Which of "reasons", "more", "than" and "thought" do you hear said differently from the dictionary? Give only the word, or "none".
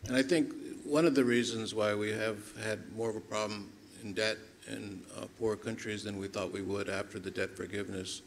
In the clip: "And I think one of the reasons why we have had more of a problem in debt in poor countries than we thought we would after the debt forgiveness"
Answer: none